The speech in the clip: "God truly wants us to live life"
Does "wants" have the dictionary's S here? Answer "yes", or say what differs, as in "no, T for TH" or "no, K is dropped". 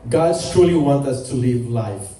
no, S is dropped